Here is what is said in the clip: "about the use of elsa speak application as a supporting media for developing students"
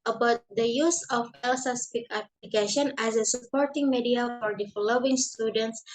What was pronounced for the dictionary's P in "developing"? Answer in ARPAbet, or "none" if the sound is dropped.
none